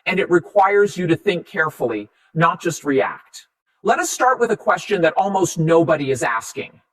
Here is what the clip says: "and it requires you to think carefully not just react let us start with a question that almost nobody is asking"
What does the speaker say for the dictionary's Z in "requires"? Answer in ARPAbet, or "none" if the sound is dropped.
Z